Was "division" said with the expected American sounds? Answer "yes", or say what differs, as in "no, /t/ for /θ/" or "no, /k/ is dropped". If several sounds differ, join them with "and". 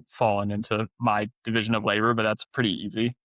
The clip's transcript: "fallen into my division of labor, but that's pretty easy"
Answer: yes